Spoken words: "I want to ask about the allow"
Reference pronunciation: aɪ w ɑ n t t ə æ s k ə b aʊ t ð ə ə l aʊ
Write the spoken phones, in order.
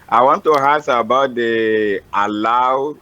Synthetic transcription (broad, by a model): aɪ w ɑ n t t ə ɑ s ə b aʊ t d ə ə l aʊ